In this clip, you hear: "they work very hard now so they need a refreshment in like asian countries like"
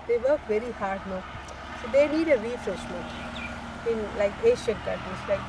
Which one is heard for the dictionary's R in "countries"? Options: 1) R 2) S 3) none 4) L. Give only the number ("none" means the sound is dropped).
3